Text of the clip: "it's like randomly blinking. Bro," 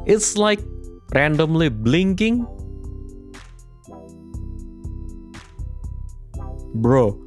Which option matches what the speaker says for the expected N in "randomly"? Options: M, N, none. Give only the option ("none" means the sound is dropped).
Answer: N